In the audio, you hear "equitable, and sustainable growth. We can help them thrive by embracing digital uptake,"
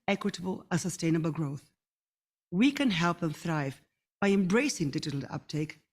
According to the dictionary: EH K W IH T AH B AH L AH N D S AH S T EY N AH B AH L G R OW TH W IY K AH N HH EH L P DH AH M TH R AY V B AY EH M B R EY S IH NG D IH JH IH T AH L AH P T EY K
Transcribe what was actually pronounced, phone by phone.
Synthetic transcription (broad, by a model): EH K W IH T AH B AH L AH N S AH S T EY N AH B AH L G R OW TH W IY K AH N HH EH L P DH AH M TH R AY V B AY EH M B R EY S IH NG D IH JH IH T L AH P T EY K